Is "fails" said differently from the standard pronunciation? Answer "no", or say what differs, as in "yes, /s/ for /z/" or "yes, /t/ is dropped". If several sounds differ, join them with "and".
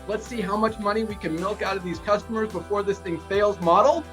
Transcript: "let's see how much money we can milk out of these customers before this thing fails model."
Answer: no